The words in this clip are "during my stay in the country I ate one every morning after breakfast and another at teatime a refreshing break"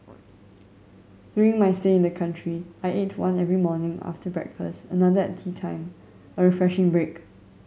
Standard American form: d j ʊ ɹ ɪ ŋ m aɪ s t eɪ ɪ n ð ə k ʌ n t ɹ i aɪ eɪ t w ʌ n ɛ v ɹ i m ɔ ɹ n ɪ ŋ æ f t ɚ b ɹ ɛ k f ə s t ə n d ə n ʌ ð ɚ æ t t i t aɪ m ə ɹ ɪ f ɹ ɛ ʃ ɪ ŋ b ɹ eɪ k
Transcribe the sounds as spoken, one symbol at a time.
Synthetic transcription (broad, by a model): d j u ɹ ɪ ŋ m aɪ s t eɪ ɪ n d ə k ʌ n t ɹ i aɪ eɪ t w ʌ n ɛ v ɹ i m ɔ n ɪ ŋ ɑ f t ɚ b ɹ ɛ k f ə s t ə n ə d ʌ ɚ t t i t aɪ m ə ɹ ɪ f ɹ ɛ ʃ ɪ ŋ b ɹ eɪ k